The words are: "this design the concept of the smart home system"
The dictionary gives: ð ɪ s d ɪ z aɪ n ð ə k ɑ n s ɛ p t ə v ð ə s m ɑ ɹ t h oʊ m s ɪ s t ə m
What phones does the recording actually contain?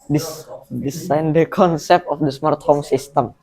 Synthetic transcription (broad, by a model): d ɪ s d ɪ s aɪ n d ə k ɑ n s ɛ p t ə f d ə s m ɑ ɹ t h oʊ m s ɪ s t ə m